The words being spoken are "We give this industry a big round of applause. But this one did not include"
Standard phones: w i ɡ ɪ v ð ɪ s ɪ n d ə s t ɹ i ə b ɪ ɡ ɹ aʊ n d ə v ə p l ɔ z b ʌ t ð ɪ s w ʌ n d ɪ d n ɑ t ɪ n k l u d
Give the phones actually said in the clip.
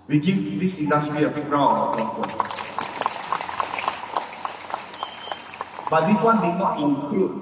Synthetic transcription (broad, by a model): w i ɡ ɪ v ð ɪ s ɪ n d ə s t ɹ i ə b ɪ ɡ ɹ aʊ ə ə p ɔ b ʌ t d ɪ s w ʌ n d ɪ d n ɑ t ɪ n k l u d